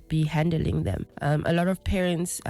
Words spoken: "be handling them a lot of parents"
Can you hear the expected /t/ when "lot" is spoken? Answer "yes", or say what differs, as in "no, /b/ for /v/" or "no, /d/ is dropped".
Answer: yes